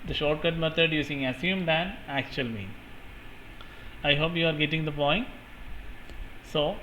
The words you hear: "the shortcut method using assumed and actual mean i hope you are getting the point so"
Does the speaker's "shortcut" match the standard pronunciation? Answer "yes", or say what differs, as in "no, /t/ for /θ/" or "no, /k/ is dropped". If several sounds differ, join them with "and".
yes